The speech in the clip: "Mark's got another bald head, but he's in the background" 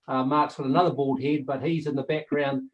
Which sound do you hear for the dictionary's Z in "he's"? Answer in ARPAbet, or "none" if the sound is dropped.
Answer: Z